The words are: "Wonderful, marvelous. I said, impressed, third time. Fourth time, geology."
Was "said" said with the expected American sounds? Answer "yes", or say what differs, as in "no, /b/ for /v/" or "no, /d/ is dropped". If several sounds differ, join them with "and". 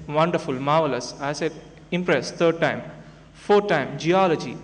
no, /d/ is dropped